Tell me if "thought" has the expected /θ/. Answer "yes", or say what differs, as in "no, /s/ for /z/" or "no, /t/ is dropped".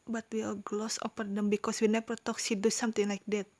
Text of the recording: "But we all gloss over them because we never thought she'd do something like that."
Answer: no, /t/ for /θ/